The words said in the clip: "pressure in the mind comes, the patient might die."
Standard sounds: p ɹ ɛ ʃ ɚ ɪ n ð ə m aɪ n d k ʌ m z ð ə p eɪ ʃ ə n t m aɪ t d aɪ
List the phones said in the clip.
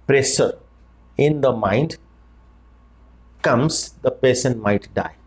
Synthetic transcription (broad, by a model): p ɹ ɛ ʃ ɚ ɪ n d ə m aɪ n d k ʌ m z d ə p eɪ s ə n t m aɪ t d aɪ